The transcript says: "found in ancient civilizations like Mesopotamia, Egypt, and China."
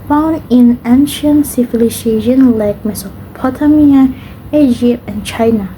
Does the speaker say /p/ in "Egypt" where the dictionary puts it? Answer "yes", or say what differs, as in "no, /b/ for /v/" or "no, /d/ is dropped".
yes